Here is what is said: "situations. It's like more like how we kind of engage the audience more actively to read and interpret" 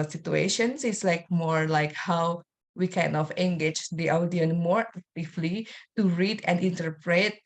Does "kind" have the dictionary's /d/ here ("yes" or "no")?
no